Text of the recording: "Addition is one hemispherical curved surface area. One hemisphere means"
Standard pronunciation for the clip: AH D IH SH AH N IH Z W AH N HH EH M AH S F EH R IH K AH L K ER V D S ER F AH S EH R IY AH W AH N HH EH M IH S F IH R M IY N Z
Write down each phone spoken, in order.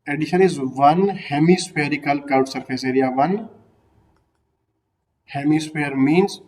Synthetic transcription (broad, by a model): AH D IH SH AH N IH Z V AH N HH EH M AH S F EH R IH K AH L K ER D S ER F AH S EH R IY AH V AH N HH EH M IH S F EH R M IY N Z